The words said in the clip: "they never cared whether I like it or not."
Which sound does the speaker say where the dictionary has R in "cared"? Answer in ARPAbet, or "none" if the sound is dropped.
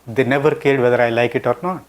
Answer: L